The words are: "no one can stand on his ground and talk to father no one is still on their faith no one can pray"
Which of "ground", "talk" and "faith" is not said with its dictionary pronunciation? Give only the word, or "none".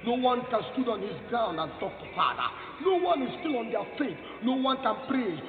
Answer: faith